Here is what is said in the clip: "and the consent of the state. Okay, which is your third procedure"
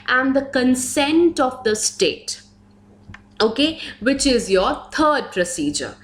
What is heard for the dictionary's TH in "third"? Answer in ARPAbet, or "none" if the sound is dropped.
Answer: T